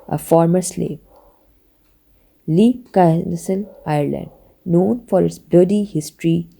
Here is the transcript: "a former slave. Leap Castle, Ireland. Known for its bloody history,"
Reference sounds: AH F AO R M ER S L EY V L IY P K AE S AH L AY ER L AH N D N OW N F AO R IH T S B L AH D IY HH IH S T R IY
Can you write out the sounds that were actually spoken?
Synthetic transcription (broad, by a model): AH F AO R M ER S L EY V L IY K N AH S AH N AY ER L AH N D N OW N F AO R IH T S B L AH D IY HH IH S T R IY